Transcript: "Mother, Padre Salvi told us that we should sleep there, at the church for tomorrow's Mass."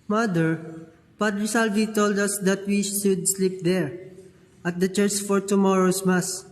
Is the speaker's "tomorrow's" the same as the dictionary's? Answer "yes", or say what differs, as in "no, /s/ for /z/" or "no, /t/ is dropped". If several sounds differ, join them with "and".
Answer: no, /s/ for /z/